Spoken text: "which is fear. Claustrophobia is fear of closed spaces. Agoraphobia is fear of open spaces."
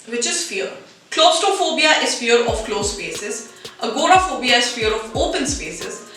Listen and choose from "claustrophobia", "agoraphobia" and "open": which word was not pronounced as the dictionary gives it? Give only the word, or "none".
claustrophobia